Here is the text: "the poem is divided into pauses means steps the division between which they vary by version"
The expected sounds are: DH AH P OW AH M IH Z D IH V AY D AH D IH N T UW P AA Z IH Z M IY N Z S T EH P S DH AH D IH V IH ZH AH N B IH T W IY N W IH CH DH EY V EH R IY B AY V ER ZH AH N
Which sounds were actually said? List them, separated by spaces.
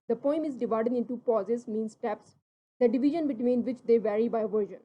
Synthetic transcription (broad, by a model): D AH P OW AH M IH Z D IH V AY D AH D IH N T UW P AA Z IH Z M IY N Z S T EH P S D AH D IH V IH ZH AH N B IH T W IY N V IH CH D EY V EH R IY B AY V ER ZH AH N